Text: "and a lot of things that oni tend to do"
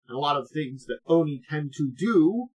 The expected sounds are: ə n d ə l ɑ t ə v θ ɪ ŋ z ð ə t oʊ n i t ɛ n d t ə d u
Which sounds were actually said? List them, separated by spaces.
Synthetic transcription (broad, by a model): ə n ə l ɑ t ə v θ ɪ ŋ z ð ə t oʊ n i t ɛ n t ə d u